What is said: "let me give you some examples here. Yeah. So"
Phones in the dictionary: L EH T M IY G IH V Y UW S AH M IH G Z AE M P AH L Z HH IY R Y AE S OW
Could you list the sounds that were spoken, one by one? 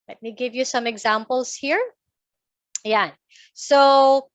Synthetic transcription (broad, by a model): L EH T M IY G IH V Y UW S AH M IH G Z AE M P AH L S HH IY R Y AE S OW